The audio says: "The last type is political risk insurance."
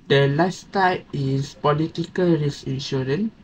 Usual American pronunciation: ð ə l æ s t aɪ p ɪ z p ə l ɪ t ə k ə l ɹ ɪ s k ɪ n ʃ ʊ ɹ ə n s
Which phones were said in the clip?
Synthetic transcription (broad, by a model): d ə l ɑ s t aɪ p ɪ s p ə l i t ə k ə l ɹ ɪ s ɪ n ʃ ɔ ɹ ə n